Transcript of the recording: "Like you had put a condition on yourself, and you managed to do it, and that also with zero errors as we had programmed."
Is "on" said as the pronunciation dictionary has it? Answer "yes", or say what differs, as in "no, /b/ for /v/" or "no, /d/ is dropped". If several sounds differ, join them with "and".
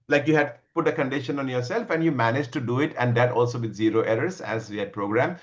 yes